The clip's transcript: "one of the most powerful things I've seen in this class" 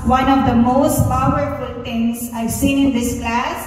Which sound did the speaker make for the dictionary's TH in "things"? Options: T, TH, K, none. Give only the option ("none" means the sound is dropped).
T